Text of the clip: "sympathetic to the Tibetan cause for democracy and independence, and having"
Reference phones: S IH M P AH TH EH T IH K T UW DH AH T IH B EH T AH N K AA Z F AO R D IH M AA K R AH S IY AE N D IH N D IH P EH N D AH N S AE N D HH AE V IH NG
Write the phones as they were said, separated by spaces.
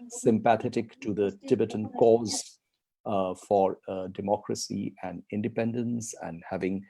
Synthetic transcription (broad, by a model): S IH M P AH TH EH T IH K T UW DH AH T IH B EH T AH N K AA Z F AO R D IH M AA K R AH S IY AE N D IH N D IH P EH N D AH N S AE N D HH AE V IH NG